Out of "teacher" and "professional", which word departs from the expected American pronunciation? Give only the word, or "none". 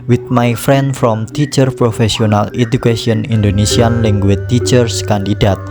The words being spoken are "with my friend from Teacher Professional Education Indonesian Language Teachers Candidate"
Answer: professional